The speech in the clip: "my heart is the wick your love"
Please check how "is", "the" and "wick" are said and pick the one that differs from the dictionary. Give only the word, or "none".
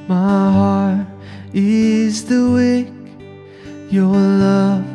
none